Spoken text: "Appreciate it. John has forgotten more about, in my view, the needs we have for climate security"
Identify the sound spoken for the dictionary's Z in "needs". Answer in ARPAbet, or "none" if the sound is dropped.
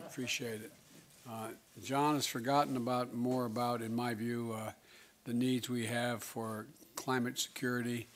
Z